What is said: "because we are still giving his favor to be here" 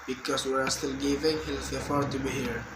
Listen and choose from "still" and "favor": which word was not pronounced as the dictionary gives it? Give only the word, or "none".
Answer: favor